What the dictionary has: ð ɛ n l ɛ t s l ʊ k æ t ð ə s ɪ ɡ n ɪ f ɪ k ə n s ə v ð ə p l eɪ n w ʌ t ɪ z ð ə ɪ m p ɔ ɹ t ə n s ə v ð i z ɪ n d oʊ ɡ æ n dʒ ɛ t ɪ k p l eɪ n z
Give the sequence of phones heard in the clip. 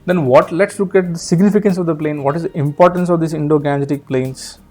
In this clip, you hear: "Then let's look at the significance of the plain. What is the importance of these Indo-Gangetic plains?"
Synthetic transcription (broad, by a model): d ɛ n l ɛ t s l ʊ k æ t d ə s ɪ ɡ n ɪ f ɪ k ə n s ə v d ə p l eɪ n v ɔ t ɪ z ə ɪ m p ɔ ɹ t ə n s ə v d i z ɪ n d oʊ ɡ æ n ɛ t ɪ k p l eɪ n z